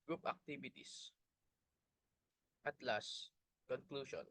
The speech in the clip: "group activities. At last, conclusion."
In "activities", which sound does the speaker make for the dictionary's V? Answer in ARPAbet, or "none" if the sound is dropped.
B